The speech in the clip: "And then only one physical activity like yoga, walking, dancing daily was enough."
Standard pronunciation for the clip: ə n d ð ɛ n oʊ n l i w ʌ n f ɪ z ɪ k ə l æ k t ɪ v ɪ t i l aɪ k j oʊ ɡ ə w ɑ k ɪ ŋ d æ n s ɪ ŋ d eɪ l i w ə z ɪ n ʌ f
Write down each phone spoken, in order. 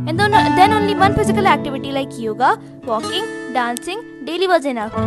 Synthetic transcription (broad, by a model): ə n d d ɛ n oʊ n i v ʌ n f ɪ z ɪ k ə l æ k t ɪ v ɪ t i l aɪ k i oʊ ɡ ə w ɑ k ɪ ŋ d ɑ n s ɪ ŋ d eɪ l i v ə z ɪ n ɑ